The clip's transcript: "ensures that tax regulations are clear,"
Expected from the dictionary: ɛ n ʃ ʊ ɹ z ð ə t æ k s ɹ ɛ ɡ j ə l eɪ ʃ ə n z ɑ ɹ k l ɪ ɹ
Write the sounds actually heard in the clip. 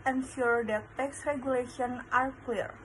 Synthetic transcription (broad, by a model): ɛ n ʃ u ɹ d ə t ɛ k s ɹ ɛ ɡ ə l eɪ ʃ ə n ɑ ɹ k l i ɹ